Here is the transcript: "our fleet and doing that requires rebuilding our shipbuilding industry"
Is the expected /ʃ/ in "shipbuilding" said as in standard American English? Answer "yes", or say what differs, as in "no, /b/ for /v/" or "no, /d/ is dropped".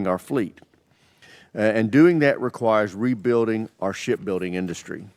yes